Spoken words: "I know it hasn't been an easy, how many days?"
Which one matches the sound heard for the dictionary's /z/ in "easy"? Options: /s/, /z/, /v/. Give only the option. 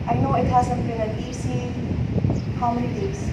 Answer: /s/